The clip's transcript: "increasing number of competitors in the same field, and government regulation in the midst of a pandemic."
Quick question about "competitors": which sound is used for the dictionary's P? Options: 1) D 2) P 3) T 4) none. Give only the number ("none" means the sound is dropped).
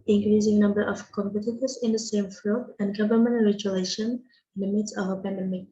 2